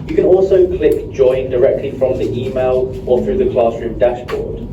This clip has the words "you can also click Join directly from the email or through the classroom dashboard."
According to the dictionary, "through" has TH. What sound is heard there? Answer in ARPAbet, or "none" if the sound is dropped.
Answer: TH